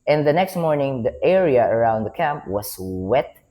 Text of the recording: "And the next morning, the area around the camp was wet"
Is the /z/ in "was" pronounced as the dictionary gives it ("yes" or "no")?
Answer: no